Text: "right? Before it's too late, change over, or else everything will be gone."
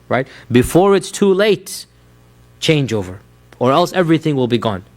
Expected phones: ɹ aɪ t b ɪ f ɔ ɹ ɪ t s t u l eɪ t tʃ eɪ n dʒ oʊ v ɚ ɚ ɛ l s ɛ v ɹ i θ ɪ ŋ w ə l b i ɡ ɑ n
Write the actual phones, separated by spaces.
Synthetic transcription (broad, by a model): ɹ aɪ t b ɪ f ɔ ɹ ɪ t s t u l eɪ t tʃ eɪ n dʒ oʊ v ɚ ɚ ɛ l s ɛ v ɹ i θ ɪ ŋ w ə l b i ɡ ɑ n